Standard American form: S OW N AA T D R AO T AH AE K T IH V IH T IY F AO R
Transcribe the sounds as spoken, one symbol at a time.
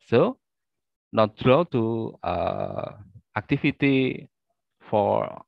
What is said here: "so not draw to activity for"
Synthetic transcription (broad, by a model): S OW N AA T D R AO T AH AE K T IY F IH T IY F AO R